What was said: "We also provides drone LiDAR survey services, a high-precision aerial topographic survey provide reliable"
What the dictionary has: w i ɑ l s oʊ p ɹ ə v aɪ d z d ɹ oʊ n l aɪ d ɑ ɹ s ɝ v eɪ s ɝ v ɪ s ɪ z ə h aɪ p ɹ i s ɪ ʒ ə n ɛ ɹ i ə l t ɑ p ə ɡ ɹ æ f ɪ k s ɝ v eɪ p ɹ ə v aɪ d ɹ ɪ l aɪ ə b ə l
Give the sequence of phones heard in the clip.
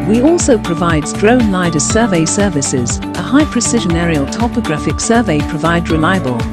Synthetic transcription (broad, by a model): w i ɑ l s oʊ p ɹ ə v aɪ d z d ɹ oʊ n l aɪ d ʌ s ɝ v eɪ s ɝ v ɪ s ɪ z ə h aɪ p ɹ i s ɪ ʒ ə n ɛ ɹ i ə l t ɑ p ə ɡ ɹ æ f ɪ k s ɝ v eɪ p ɹ ə v aɪ d ɹ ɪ l aɪ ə b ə l